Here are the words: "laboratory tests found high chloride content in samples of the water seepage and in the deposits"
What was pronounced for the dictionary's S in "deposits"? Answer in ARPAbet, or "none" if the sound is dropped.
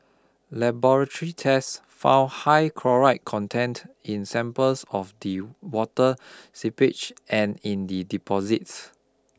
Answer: S